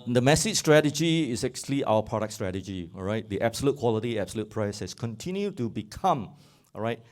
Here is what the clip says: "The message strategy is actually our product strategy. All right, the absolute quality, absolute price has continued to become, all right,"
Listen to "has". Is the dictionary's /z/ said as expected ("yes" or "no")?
no